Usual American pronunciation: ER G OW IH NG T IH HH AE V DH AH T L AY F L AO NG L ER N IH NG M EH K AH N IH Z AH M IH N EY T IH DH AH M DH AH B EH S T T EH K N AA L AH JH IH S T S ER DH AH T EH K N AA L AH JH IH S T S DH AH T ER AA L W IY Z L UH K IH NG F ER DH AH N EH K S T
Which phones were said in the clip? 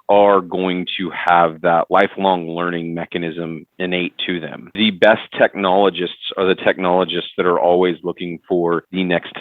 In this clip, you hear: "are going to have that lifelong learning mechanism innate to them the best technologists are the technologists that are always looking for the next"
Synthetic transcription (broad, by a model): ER G OW IH NG T IH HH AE V DH AH T L AY F L AO NG L ER N IH NG M EH K AH N IH Z AH M IH N EY T IH DH AH M DH AH B EH S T T EH K N AA L AH JH IH S T S ER DH AH T EH K N AA L AH JH IH S T S DH AH T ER AA L W IY Z L UH K IH NG F ER DH AH N EH K S T